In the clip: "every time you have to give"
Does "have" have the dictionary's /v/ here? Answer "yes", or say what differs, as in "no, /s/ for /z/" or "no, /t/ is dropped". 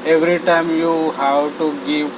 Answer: no, /w/ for /v/